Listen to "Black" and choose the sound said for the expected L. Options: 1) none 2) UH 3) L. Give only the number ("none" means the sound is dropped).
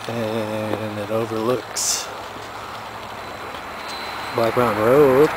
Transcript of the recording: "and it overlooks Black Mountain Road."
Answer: 1